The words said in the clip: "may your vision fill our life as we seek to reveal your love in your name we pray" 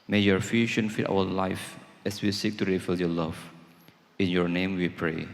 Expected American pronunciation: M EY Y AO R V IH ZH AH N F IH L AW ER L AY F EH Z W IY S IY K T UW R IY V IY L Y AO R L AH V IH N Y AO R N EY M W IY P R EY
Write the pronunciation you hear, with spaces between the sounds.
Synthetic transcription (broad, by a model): M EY Y AO R F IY SH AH N F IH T AW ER L AY F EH S W IY S IY K T UW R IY F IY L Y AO L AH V IH N Y AO R N EY M W IY P R EY